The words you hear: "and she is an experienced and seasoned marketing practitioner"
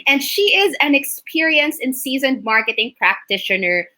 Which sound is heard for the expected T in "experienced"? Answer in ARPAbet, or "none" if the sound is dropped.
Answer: none